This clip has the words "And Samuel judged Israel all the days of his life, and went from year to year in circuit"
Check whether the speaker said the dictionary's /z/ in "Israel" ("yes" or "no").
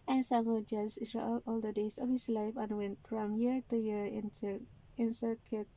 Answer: no